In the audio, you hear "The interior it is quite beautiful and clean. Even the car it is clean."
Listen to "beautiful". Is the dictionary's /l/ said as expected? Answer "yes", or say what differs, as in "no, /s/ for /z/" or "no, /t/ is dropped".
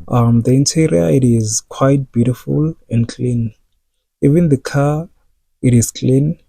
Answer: yes